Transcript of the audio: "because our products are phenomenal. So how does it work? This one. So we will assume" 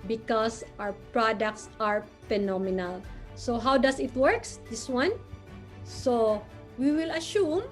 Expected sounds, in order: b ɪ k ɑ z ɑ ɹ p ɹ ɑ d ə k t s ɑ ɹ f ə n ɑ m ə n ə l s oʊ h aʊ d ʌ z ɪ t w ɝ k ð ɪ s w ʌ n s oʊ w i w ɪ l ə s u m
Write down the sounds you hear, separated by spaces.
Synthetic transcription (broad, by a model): b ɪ k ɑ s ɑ w p ɹ ɑ d ə k t s ɑ ɹ f ə n ɑ m ə n ə l s oʊ h aʊ d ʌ s ɪ t w ɝ k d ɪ s w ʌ n s oʊ w i w ɪ l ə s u m